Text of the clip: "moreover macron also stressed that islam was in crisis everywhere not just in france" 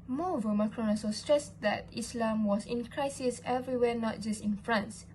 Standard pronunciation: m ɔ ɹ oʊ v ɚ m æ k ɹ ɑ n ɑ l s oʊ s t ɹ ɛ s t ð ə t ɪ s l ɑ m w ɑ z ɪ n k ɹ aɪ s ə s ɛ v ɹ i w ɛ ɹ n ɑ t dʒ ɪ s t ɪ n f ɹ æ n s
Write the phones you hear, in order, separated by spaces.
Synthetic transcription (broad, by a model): m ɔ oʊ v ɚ m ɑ k ɹ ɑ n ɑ s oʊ s t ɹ ɛ s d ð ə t ɪ s l ɑ m w ɑ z ɪ n k ɹ aɪ s ə s ɛ v ɹ i w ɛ n ɑ t dʒ ɪ s t ɪ n f ɹ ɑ n s